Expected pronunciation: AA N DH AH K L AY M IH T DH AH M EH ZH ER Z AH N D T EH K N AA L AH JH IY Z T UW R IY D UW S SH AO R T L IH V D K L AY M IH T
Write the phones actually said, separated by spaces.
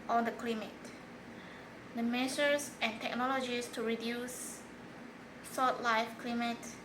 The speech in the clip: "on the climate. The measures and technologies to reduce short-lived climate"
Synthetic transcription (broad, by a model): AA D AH K L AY M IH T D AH M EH S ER S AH N T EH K N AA L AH JH IY S T UW R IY D UW S S AO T L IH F K L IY M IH T